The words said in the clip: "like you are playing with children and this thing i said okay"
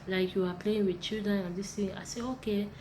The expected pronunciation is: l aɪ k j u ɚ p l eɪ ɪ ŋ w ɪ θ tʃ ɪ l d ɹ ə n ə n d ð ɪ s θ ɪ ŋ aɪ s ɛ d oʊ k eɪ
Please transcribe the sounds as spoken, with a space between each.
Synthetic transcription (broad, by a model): l aɪ k j u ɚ p l eɪ ɪ ŋ w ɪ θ tʃ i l d ɹ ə n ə n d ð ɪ s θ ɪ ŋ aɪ s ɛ oʊ k eɪ